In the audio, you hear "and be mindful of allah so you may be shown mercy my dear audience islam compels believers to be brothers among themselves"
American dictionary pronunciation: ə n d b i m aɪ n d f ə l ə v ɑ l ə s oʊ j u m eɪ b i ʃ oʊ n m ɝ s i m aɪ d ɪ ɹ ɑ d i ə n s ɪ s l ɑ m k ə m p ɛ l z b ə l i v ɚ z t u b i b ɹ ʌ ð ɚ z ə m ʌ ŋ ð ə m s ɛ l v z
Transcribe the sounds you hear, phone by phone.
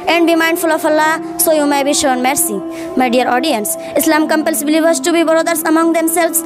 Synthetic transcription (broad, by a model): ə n d b i m aɪ n d f ə l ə f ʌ l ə s oʊ j u m eɪ b i ʃ oʊ n m ɝ s i m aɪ d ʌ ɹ ɑ d i ə n s ɪ s l ɑ m k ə m p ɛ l s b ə l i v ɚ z t u b i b ɹ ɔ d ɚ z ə m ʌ ŋ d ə m s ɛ l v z